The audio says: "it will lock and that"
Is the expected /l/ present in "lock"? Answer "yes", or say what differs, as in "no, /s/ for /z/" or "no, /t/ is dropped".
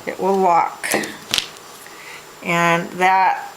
no, /w/ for /l/